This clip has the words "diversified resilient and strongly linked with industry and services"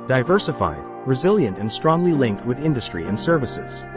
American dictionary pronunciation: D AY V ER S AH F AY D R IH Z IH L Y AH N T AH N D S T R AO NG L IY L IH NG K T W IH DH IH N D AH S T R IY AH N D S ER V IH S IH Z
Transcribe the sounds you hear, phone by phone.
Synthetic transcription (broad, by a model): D AY V ER S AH F AY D R IH Z IH L Y AH N T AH N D S T R AO NG L IY L IH NG K T W IH DH IH N D AH S T R IY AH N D S ER V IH S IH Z